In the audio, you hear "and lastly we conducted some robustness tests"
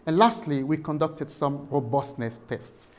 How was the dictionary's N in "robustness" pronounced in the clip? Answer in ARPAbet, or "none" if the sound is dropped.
N